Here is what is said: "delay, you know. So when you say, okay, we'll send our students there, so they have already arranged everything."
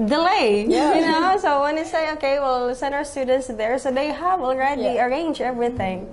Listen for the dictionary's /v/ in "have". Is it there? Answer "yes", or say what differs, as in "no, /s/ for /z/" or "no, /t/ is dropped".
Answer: no, /w/ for /v/